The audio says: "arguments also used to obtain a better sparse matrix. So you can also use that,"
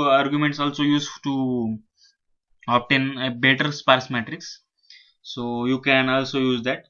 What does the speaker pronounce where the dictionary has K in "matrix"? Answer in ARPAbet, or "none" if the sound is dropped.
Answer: K